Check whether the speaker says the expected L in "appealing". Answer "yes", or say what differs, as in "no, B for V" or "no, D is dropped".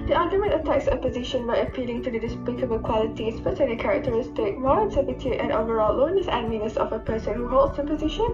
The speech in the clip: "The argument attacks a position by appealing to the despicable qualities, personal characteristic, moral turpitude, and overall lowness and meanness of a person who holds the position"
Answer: yes